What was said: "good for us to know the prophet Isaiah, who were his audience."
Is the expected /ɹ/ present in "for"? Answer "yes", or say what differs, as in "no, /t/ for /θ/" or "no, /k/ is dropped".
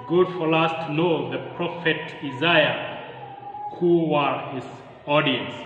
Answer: no, /l/ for /ɹ/